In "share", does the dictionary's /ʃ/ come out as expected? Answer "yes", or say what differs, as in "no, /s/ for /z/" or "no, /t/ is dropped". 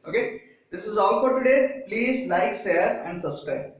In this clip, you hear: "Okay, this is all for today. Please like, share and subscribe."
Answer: no, /s/ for /ʃ/